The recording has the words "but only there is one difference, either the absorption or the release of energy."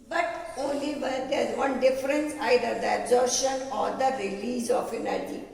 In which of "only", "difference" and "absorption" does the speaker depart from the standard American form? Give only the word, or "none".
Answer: absorption